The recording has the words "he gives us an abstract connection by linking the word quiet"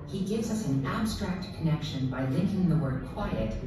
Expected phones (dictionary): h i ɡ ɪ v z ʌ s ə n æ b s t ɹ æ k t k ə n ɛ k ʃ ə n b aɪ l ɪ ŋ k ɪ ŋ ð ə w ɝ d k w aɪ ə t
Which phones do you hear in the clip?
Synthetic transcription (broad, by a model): h i ɡ ɪ v z ʌ s n æ b s t ɹ æ k t k ə n ɛ k ʃ ə n b aɪ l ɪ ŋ k ɪ ŋ ð ə w ɝ d k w aɪ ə t